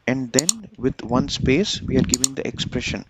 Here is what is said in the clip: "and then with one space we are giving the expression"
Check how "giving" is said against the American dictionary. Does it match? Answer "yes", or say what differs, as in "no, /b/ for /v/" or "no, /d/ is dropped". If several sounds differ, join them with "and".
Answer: yes